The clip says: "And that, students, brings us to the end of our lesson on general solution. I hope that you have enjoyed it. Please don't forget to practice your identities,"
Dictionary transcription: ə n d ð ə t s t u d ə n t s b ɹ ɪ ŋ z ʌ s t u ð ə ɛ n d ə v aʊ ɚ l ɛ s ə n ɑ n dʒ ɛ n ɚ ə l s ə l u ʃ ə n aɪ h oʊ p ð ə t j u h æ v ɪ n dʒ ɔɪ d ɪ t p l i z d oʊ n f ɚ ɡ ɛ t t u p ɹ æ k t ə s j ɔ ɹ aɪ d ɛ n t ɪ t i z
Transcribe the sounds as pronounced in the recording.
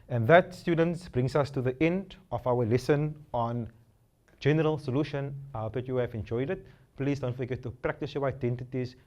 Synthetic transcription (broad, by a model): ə n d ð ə t s t u d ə n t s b ɹ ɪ ŋ s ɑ s t u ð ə ɛ n d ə f aʊ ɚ l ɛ s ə n ɑ n dʒ ɛ n ɚ ə l s ə l u ʃ ə n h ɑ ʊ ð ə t j u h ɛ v ɪ n dʒ ɔɪ d ɪ t p l i s d oʊ n f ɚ ɡ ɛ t t u p ɹ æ k t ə s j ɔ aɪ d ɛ n t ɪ t i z